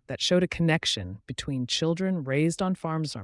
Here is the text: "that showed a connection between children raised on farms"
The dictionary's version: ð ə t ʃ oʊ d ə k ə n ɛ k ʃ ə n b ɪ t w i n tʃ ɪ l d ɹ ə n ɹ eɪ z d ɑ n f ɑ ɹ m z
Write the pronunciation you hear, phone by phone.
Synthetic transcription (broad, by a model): ð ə t ʃ oʊ d ə k ə n ɛ k ʃ ə n b ɪ t w i n tʃ ɪ l d ɹ ə n ɹ eɪ z d n f ɑ ɹ m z